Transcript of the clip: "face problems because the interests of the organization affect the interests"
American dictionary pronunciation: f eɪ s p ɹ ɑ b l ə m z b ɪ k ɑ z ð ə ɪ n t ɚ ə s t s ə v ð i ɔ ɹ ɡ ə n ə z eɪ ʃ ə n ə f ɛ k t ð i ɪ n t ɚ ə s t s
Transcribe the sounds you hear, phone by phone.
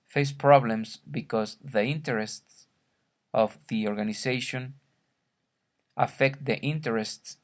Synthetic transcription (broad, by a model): f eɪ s p ɹ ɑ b l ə m s b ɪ k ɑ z ð ə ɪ n t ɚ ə s t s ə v ð i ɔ ɹ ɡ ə n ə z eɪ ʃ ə n ə f ɛ k t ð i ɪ n t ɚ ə s t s